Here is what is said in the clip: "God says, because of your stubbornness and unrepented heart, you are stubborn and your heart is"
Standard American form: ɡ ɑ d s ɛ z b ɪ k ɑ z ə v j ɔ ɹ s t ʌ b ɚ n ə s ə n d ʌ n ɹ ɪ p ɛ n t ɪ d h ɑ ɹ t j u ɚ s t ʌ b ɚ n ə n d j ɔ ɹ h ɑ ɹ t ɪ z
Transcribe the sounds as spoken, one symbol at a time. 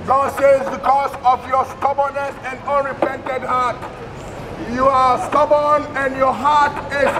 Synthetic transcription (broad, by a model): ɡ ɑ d s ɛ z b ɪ k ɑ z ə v j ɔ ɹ s t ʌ b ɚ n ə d ə n d ʌ n ɹ ɪ p ɛ n t ɪ d h ɑ t j u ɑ s t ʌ b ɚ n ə n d j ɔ h ɑ t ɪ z